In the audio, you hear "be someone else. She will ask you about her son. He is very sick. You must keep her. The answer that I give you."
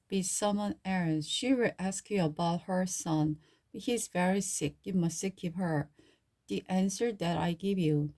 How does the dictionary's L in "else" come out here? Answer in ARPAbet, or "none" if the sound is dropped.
N